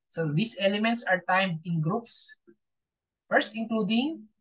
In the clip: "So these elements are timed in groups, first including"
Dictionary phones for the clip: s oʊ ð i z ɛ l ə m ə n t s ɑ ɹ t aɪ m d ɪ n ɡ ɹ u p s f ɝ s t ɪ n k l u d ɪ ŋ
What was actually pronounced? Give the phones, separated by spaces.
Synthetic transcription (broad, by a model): s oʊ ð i s ɛ l ə m ə n t s ɑ ɹ t aɪ m d ɪ n ɡ ɹ u p s f ɝ s t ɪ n k l u d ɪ ŋ